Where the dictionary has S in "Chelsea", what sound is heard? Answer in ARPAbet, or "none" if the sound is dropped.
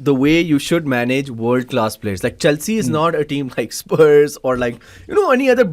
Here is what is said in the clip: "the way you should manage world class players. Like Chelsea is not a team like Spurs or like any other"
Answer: S